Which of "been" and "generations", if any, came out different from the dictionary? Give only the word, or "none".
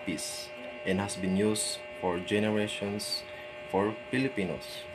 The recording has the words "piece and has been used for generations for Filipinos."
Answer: generations